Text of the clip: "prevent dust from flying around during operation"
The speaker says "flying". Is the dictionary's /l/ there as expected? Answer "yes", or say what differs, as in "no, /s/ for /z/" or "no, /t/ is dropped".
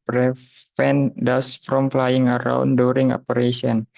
yes